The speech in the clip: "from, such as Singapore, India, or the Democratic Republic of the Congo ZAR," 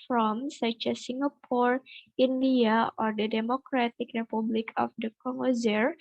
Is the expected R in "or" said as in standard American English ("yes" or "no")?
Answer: yes